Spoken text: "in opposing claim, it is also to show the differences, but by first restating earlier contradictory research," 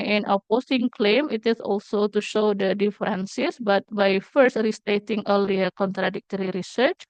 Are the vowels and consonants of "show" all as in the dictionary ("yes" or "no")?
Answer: yes